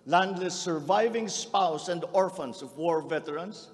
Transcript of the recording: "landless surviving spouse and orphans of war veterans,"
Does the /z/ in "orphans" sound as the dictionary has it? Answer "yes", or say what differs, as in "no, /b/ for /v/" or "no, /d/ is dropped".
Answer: no, /s/ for /z/